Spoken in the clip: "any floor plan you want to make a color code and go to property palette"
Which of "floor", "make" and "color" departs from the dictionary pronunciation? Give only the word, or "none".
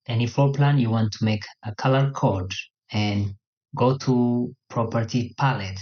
floor